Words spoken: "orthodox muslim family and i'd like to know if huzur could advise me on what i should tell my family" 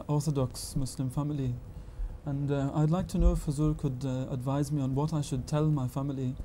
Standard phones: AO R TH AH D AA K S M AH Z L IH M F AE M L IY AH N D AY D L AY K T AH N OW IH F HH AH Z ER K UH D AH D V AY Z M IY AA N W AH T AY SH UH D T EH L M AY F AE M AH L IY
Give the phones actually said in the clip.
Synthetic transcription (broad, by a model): AO R TH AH D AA K S M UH S L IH M F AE M L IY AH N AY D L AY K T AH N OW IH F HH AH Z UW K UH D AH D V AY Z M IY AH N W AH T AY SH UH D T EH L M AY F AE M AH L IY